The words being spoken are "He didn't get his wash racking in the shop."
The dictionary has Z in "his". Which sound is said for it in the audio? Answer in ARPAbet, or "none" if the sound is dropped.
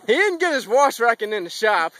Z